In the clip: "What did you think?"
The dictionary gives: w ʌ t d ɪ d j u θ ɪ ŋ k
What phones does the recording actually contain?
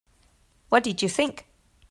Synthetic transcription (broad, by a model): w ʌ t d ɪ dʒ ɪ θ ɪ ŋ k